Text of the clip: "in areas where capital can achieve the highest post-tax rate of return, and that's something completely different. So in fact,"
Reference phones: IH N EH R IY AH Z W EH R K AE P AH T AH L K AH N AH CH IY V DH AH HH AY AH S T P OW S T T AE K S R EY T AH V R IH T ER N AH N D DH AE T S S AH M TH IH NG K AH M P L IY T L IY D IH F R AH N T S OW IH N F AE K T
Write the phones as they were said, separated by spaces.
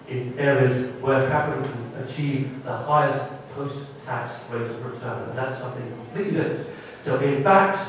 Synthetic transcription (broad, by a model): IH N EH R IY AH Z W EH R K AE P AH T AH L K AH N AH CH IY V DH AH HH AY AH S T P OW S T T AE K S W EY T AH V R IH T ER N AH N DH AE T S S AH M TH IH NG K AH M P L IY T L IY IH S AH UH T IH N F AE K T